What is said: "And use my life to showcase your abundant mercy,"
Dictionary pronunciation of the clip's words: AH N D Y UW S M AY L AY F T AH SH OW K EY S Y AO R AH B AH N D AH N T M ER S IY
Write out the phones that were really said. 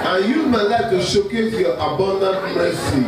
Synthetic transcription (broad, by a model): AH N Y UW M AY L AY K T AH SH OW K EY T Y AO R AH B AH N D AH N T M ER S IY